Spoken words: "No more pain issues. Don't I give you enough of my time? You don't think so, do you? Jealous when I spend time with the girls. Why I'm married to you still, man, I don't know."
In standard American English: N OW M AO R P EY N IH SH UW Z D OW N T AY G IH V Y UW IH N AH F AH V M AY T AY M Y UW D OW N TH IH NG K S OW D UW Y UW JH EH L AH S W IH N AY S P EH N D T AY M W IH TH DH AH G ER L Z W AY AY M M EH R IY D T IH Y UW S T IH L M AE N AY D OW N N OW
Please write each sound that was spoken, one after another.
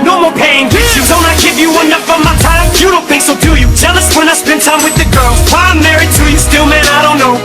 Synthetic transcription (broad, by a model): N OW M AO R P EY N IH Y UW D OW N T AY G IH V Y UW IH N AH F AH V M AY T AY M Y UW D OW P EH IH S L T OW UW Y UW JH EH L AH S W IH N AY S P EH N T AY M W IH DH AH G ER L Z W AY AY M M EH R IY D T IH Y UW S T IH L M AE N AY D OW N N OW